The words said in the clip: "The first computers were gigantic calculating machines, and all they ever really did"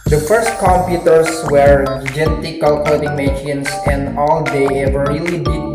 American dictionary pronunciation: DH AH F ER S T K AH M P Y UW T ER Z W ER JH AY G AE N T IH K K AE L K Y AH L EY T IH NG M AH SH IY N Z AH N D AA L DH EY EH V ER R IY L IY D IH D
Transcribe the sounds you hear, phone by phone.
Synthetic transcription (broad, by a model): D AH F ER S T K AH M P Y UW T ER S W ER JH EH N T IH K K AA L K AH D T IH NG M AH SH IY N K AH N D AA L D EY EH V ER R IY L IY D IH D